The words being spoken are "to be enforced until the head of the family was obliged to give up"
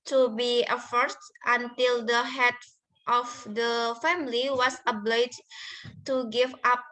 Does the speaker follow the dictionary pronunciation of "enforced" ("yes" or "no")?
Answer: no